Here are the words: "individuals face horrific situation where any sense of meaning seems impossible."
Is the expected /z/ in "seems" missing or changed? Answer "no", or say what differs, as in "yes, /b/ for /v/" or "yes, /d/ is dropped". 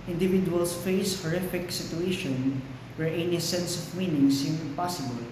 yes, /z/ is dropped